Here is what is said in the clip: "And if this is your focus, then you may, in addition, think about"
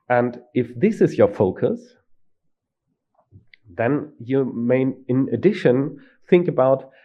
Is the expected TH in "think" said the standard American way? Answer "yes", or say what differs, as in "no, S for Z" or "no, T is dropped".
yes